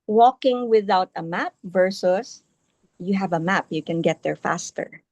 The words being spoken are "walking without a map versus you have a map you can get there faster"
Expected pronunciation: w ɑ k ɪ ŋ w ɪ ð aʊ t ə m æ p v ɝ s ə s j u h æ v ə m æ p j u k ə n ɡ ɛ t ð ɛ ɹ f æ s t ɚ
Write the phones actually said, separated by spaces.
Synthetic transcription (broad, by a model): w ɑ k ɪ ŋ w ɪ ð aʊ t ə m æ p v ɝ s ə s j u h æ v ə m æ p j u k ə n ɡ ɛ t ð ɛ ɹ f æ s t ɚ